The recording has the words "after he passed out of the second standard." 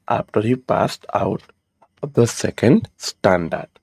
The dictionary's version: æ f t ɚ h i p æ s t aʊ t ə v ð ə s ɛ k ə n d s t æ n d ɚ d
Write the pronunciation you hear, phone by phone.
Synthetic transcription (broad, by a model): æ f t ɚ h i p æ s t aʊ t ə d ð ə s ɛ k ə n d s t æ n d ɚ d